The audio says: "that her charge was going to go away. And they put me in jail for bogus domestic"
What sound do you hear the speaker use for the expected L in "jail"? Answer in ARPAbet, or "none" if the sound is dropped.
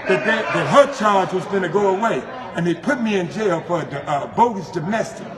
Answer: L